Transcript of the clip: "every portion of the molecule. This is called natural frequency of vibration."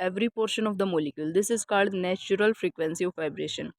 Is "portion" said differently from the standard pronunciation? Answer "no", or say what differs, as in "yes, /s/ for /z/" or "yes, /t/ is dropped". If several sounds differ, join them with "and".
no